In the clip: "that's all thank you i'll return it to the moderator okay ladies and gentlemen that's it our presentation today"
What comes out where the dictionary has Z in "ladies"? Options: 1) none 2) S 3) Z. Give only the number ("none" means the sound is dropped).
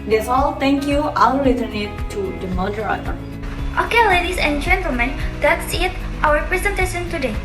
2